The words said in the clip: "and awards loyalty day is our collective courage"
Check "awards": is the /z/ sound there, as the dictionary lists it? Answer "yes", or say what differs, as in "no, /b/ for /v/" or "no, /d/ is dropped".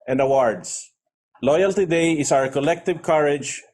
no, /s/ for /z/